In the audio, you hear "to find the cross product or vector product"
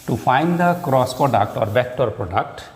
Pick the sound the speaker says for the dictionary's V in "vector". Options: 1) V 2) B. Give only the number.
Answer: 2